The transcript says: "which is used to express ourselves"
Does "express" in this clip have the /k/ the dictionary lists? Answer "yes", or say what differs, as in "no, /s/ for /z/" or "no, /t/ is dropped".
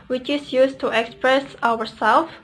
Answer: yes